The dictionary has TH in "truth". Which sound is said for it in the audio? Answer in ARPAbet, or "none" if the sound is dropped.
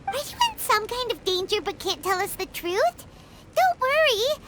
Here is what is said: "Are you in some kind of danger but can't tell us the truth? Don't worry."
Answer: TH